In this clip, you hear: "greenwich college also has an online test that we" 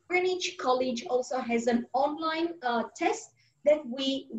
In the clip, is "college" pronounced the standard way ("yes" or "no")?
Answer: yes